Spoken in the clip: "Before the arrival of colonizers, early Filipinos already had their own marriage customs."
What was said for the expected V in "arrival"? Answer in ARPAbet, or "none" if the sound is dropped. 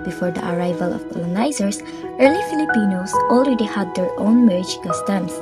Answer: V